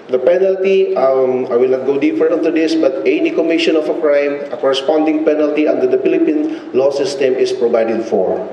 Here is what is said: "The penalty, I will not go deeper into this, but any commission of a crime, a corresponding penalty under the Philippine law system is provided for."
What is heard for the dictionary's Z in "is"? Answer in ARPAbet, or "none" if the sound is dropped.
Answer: S